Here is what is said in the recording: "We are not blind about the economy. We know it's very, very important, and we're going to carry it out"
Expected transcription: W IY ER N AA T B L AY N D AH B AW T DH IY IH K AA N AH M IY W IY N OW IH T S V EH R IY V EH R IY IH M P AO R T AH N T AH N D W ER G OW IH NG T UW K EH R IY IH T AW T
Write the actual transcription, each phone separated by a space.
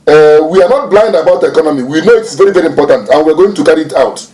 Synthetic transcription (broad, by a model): W IY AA N AA T B L AY N D AH B AW T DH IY IH K AA N AH M IY W IY N OW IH T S V EH R IY V EH R IY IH M P AO T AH N T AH N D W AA G OW IH NG T UW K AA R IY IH T AW T